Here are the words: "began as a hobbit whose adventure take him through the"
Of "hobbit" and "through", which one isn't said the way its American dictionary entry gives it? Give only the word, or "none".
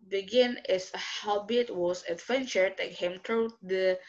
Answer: through